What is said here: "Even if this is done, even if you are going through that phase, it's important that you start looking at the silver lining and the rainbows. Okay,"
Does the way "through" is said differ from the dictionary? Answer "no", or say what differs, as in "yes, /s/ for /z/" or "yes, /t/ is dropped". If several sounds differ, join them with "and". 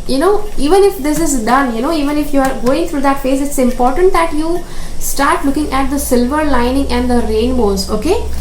yes, /t/ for /θ/